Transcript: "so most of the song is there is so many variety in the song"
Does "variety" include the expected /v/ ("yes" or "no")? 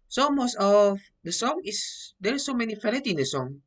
no